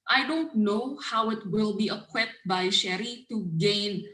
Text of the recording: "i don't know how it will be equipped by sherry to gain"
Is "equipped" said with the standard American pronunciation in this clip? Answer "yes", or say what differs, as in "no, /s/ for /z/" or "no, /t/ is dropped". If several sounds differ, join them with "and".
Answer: no, /p/ is dropped